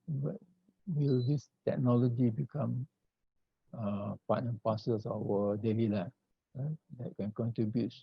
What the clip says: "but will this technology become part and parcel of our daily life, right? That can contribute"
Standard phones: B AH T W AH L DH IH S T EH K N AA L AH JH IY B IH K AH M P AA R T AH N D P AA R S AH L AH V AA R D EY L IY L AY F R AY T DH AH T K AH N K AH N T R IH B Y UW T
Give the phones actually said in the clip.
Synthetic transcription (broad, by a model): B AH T W AH L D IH S T EH K N AA L AH JH IY B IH K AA M P AA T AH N P AA S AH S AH W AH D EY L IY L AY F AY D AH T K AH N K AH N T R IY B Y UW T